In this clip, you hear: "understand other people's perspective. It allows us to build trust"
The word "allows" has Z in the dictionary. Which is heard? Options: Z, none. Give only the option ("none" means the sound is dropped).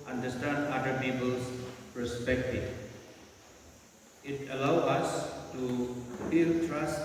none